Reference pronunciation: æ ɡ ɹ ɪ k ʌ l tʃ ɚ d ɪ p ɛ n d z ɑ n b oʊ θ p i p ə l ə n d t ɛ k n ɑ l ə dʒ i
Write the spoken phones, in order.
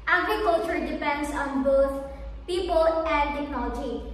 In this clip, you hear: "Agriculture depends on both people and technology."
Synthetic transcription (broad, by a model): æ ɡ ɹ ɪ k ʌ l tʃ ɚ d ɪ p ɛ n d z ɑ n b oʊ t p i p ə l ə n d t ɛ k n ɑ l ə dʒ i